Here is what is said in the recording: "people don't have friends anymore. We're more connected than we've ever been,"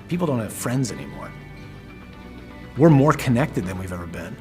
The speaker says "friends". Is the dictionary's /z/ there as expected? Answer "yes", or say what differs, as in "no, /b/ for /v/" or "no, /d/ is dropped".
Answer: yes